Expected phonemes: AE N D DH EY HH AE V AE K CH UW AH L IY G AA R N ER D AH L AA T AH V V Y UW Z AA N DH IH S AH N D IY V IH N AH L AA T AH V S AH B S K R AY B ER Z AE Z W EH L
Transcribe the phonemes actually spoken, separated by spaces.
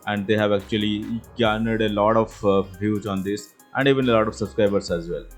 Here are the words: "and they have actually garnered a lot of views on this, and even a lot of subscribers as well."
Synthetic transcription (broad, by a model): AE N D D EY HH AE V AE K CH UW AH L IY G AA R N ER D AH L AA T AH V V Y UW Z AA N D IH S AH N D IY V IH N AH L AA T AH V S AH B S K R AY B ER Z AE Z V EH L